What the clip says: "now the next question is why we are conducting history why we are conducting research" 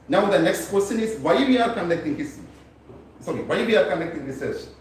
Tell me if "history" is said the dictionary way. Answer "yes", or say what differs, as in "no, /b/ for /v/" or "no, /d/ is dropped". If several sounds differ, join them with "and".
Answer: no, /s/ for /t/